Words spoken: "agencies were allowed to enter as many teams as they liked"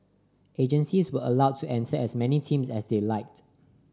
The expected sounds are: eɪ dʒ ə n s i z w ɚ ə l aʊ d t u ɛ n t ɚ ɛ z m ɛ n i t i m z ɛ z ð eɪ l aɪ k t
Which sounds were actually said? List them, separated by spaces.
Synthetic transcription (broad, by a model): eɪ dʒ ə n s i s w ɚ ə l aʊ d t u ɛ n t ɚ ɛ s m ɛ n i t i m s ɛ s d eɪ l aɪ k t